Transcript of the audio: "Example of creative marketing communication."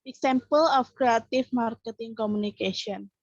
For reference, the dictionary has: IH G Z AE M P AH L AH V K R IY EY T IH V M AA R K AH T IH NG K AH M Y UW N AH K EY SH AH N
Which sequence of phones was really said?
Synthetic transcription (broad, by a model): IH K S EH M P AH L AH F K R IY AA T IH F M AA R K AH T IH NG K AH M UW N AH K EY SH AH N